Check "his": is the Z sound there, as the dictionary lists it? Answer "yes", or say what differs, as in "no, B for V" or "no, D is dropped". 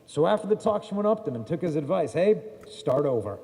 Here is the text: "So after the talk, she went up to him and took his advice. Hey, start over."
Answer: yes